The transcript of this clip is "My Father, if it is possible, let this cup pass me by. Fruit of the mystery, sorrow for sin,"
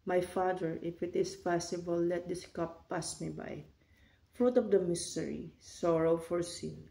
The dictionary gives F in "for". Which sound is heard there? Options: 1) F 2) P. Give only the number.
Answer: 1